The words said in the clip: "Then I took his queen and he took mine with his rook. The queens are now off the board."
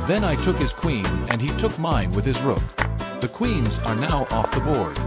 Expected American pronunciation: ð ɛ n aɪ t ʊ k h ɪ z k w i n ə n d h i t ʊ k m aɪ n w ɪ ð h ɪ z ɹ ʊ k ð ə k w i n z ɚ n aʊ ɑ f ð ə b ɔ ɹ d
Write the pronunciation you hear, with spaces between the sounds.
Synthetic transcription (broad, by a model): ð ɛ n aɪ t ʊ k h ɪ z k w i n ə n i t ʊ k m aɪ n w ɪ ð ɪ z ɹ ʊ k ð ə k w i n z ɚ n aʊ ɑ f ð ə b ɔ ɹ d